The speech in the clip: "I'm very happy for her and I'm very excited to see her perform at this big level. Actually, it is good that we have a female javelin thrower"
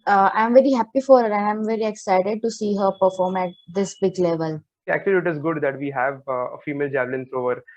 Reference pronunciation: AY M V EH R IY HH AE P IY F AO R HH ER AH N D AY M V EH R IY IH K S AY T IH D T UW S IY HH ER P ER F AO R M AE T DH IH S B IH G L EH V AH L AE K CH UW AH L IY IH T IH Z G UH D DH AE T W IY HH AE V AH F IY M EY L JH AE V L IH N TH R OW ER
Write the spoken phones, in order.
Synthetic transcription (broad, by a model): AY M V EH R IY HH AE P IY F AO R HH ER AH N D AY M V EH R IY IH K S AY T IH D T UW S IY HH ER P ER F AO R M AE T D IH S B IH G L EH V AH L AE K CH UW AH L IY IH T IH Z G UH D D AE T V IY HH AE V AH F IY M EY L JH AE V L IH N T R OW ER